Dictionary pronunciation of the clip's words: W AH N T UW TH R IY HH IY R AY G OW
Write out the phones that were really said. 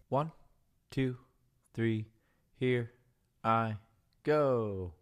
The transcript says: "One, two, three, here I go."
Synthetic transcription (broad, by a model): W AH N T UW TH R IY HH IY R AY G OW